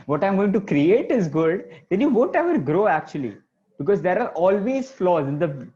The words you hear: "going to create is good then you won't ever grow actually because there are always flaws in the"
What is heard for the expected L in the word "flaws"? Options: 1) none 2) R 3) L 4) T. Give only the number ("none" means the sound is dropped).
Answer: 3